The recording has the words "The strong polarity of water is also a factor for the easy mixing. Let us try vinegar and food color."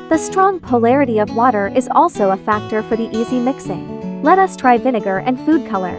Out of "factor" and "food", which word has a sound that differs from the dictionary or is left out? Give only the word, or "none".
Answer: none